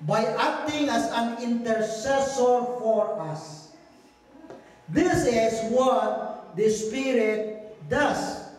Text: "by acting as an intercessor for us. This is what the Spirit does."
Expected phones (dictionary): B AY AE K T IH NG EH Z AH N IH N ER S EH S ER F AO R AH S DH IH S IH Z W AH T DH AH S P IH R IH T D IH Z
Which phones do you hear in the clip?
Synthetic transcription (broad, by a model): B AY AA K T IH NG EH S AH N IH N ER S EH S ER F AO R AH S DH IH S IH S W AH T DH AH S P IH R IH T D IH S